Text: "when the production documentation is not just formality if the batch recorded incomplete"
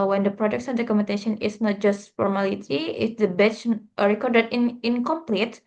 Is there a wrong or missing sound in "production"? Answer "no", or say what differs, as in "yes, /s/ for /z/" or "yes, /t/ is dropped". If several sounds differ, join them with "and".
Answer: yes, /s/ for /ʃ/